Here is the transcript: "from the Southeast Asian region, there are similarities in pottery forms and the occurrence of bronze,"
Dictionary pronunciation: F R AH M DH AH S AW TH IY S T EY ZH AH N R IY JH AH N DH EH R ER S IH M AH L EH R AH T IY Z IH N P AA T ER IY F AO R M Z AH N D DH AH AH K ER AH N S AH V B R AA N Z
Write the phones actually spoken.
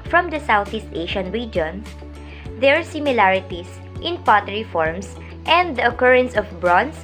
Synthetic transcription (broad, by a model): F R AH M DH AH S AW TH IY S T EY SH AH N R IY JH AH N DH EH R S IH M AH L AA R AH T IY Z IH N P AA T ER IY F AO R M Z AH N D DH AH AH K ER AH N S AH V B R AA N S